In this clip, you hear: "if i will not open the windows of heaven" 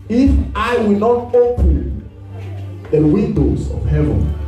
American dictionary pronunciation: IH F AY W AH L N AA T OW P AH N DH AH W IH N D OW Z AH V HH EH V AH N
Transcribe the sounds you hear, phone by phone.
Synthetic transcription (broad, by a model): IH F AY W AH L N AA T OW AH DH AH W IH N D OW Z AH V HH EH V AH N